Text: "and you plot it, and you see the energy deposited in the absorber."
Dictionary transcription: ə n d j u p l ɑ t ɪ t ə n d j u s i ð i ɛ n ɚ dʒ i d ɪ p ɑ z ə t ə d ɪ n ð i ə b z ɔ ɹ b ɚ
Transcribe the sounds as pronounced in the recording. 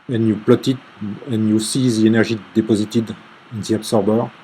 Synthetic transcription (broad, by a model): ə n j u p l ɑ t ɪ t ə n j u s i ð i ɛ n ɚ ʒ i d ɪ p ɑ z ə t ə d ɪ n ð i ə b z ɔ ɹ b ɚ